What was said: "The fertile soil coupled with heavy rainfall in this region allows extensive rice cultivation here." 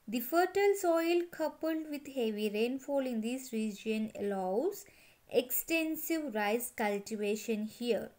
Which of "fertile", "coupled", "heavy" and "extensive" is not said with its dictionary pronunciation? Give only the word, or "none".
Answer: none